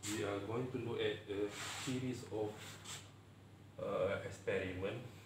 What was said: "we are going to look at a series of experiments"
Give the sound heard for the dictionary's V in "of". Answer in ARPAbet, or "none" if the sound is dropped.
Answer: F